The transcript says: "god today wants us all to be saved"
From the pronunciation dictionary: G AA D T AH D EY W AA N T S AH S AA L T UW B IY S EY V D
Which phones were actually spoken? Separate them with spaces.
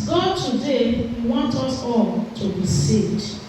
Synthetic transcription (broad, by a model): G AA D T AH D EY W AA N T AH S AA L T UW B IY S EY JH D